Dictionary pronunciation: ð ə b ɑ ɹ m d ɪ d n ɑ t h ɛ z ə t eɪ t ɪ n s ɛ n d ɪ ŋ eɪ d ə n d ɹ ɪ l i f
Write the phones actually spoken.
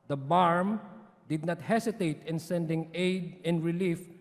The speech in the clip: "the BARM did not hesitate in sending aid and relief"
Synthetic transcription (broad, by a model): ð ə b ɑ ɹ m d ɪ d n ɑ t h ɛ s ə t eɪ t ɪ n s ɛ n d ɪ ŋ eɪ d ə n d ɹ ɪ l i f